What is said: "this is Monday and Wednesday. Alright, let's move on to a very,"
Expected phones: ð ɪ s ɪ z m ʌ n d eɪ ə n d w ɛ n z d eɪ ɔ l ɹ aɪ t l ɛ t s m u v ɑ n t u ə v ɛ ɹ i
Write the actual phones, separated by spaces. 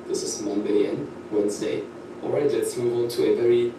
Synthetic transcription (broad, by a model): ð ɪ s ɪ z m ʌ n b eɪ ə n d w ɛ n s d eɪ ɔ l ɹ aɪ t l ɛ t s m u v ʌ l t u ə v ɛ ɹ i